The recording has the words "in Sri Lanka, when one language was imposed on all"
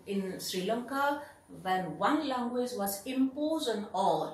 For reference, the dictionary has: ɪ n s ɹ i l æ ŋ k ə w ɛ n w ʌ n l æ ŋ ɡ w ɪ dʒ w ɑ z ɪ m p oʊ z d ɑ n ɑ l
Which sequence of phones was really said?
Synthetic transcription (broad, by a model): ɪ n s ɹ i l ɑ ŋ k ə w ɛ n w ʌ n l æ ŋ ɡ w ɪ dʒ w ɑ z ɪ m p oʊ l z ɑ n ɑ l